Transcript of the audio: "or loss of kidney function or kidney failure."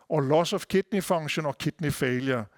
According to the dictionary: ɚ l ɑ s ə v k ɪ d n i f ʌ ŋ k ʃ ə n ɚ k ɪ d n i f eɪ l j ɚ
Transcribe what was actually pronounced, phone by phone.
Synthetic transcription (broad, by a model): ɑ l ɑ s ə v k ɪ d n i f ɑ ŋ ʃ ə n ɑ k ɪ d n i f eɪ l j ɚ